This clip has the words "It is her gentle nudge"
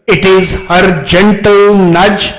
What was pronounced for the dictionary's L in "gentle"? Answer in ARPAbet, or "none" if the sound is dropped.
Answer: L